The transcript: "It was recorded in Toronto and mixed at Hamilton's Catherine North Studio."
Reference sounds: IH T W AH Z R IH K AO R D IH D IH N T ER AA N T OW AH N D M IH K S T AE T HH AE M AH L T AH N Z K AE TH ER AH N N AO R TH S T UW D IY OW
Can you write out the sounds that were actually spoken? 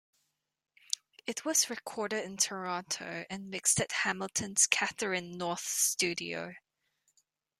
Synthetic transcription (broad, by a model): IH T W AH Z R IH K AO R D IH D IH N T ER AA T OW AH N M IH K S T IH T HH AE M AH L T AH N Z K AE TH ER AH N N AO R TH S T UW D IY OW